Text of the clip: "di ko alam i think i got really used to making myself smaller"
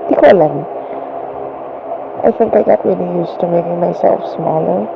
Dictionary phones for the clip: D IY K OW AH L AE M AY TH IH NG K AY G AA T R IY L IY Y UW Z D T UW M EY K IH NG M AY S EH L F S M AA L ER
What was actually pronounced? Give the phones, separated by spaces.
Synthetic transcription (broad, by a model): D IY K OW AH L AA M AY F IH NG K AY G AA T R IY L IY Y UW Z T UW M EY K IH NG M AY S EH L F S M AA L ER